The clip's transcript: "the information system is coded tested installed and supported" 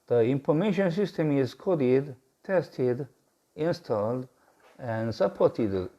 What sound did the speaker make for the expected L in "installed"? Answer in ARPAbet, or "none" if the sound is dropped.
L